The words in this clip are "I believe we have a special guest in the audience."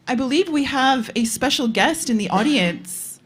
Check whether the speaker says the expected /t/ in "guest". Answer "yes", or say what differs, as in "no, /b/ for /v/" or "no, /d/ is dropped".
yes